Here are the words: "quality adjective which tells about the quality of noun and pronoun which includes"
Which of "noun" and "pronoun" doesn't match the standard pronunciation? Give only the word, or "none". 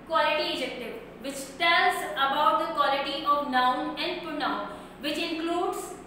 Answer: pronoun